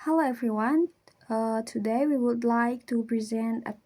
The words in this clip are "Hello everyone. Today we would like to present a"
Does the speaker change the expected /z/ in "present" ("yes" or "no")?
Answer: no